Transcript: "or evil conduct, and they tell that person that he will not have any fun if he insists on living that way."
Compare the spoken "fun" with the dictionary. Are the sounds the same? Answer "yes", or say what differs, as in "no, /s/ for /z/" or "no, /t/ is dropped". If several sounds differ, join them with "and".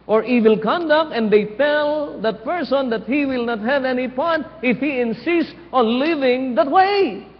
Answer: no, /p/ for /f/